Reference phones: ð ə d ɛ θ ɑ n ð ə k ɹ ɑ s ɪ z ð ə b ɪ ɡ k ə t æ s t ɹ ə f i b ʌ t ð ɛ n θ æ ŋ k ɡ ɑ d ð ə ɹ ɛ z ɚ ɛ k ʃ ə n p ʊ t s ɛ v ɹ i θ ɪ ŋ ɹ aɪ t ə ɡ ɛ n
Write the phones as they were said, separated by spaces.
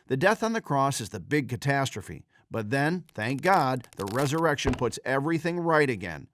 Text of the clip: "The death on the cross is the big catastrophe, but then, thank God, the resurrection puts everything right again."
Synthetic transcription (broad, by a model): ð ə d ɛ θ n ð ə k ɹ ɑ s ɪ z ð ə b ɪ ɡ k ə t æ s t ɹ ə f i b ʌ t ð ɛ n θ æ ŋ k ɡ ɑ d ð ə ɹ ɛ z ɚ ɛ k ʃ ə n p ʊ t s ɛ v ɹ i θ ɪ ŋ ɹ aɪ t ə ɡ ɛ n